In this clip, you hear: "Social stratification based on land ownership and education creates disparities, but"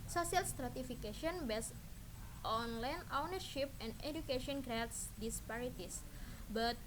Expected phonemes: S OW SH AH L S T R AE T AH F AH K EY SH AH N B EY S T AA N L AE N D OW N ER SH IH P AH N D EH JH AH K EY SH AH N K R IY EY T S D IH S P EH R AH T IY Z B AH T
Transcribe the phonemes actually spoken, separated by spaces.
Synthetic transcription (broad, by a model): S OW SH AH L S T R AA T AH F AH K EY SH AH N B EY S T AA N L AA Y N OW N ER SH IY P AH N D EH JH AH K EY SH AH N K R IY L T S D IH S P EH R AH T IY S B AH T